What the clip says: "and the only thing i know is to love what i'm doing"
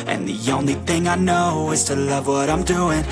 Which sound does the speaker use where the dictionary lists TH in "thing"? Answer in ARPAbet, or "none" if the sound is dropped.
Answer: TH